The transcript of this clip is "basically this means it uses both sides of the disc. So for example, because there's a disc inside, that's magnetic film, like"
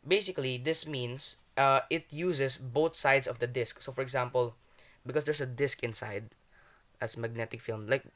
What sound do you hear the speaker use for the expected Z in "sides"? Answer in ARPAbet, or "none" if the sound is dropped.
S